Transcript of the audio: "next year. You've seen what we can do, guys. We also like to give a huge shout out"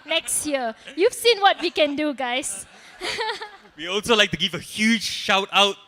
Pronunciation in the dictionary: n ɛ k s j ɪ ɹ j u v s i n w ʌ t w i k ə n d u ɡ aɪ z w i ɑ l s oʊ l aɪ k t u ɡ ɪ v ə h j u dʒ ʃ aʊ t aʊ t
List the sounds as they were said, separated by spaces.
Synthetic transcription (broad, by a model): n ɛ k s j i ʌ j u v s i n w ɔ t w i k ə n d u ɡ aɪ s w i ɑ l s oʊ l aɪ k t u ɡ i v ə h j u dʒ ʃ aʊ t aʊ t